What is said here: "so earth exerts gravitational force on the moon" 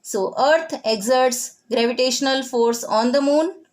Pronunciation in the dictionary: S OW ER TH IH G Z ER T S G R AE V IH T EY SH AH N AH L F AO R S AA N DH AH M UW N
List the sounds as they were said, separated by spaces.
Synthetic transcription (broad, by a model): S OW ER T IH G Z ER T S G R AE V IH T EY SH AH N AH L F AO R S AA N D AH M UW N